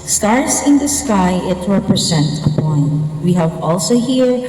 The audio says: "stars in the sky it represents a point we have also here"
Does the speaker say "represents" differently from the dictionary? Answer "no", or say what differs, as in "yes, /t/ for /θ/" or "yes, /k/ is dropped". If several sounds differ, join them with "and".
yes, /s/ is dropped